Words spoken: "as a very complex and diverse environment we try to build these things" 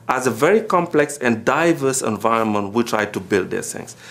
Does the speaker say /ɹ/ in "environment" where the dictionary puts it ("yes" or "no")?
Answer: yes